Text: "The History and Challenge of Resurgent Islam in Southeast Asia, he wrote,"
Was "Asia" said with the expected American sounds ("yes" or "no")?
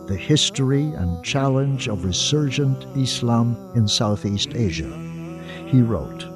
yes